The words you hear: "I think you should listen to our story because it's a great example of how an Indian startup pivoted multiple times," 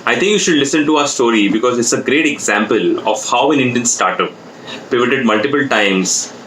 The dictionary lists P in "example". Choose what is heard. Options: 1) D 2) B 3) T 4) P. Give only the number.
4